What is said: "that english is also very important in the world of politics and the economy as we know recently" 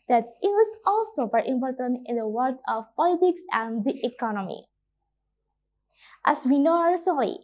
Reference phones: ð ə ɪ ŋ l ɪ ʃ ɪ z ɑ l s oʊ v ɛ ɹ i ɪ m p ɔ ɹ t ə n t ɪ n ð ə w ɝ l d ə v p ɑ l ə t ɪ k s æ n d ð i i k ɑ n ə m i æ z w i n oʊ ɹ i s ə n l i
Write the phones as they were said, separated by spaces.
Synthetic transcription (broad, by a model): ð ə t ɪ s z ɑ l s oʊ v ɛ ɹ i ɪ m p ɔ ɹ t ə n t ɪ n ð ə w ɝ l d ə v p ɑ l ə t ɪ k s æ n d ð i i k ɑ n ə m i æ s w i n oʊ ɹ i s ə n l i